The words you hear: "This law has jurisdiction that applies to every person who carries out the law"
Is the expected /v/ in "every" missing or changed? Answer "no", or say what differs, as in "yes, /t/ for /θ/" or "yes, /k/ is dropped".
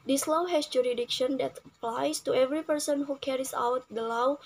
no